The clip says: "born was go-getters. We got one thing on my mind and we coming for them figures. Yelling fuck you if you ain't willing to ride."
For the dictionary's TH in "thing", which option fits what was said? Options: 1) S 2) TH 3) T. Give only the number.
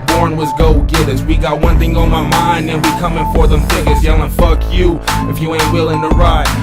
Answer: 2